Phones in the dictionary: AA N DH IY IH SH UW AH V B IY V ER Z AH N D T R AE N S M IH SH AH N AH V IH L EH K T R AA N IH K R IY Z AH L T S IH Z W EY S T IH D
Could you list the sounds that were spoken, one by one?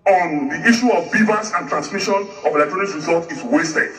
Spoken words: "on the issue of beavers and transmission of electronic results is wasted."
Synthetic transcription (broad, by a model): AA N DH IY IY SH UW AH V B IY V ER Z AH N T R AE N S M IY SH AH N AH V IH L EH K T R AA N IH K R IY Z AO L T IH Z W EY S T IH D